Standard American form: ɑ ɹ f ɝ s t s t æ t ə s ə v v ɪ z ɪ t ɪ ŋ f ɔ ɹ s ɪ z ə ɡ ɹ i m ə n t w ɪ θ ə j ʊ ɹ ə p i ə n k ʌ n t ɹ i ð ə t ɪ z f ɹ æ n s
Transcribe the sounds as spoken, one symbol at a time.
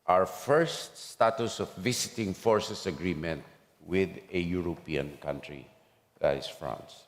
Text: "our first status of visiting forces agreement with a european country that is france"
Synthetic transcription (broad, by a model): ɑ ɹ f ɝ s t s t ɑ t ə s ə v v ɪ s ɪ t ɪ ŋ f ɔ ɹ s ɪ s ə ɡ ɹ i m ə n t w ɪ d ə j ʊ ɹ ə p i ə n k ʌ n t ɹ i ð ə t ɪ s f ɹ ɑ n s